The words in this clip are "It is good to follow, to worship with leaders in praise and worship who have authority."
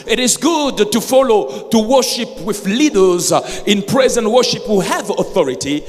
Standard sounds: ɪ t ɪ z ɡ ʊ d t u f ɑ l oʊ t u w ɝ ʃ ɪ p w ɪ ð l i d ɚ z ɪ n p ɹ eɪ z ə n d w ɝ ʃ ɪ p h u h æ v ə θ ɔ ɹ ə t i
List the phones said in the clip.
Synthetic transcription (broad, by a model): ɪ t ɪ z ɡ ʊ d t u f ɑ l oʊ t u w ɝ ʃ ɪ p w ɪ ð l i d ɚ z ɪ n p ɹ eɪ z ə n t w ɝ ʃ ɪ p h u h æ v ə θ ɔ ɹ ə t i